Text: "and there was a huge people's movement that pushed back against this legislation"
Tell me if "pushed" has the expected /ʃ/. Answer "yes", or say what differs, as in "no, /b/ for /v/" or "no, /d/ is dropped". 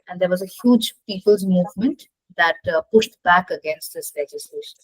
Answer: yes